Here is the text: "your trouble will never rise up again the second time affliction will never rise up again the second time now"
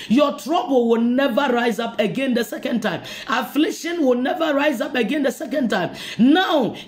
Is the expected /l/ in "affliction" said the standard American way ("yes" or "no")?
yes